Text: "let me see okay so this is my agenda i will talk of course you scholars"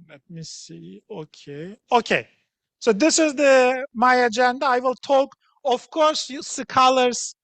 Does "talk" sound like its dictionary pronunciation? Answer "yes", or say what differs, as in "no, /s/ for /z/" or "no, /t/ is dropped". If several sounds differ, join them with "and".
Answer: yes